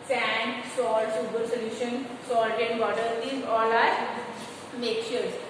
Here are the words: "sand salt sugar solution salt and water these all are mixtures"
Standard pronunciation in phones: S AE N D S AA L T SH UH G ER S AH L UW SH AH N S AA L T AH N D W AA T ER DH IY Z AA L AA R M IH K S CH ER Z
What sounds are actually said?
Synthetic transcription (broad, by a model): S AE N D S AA L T S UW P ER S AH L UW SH AH N S AA L T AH N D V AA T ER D IY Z AA L AA R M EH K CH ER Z